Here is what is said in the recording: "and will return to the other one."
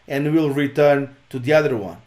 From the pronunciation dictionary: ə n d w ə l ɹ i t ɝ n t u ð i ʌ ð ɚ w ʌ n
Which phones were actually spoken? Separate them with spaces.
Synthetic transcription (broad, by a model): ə n d w ə l ɹ i t ɝ n t u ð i ʌ ð ɚ w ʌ n